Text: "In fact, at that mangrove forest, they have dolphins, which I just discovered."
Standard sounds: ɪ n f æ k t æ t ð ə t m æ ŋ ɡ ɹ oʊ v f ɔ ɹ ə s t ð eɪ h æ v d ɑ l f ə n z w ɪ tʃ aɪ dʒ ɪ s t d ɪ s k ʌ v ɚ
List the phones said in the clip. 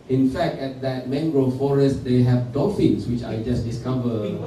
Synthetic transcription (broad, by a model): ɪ n f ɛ k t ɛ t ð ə t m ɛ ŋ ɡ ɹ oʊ f ɔ ɹ ə s t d eɪ h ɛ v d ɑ f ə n s w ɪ tʃ aɪ dʒ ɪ s d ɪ s k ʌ v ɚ